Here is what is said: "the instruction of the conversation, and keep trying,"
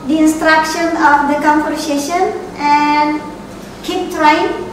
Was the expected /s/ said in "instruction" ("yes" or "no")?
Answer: yes